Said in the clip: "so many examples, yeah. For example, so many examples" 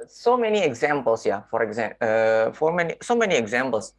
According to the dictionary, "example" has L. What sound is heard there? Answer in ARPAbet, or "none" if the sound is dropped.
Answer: N